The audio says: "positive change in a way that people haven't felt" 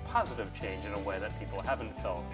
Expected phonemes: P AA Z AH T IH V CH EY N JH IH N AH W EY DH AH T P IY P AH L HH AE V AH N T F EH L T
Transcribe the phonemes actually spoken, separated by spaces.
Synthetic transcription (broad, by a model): P AA Z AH T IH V CH EY N JH IH N AH W EY DH AH T P IY P L HH AE V AH N T F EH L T